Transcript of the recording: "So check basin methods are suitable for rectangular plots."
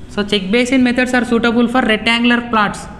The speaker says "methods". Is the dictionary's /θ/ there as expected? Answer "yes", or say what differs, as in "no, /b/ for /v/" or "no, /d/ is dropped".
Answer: no, /t/ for /θ/